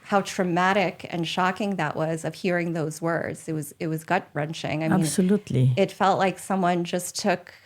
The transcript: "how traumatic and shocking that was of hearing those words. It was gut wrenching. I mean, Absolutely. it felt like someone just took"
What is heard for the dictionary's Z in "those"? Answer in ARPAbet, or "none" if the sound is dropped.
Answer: Z